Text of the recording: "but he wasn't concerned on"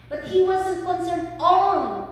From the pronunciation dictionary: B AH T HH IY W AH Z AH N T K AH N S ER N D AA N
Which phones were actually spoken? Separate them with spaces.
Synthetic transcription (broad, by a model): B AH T HH IY W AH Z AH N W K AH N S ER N AA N